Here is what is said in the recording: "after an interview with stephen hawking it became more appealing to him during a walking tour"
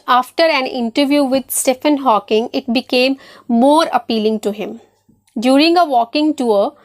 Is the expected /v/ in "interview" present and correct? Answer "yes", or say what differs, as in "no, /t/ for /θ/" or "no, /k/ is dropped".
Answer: yes